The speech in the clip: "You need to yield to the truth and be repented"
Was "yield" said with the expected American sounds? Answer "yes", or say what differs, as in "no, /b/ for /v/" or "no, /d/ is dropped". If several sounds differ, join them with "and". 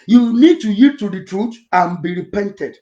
no, /l/ is dropped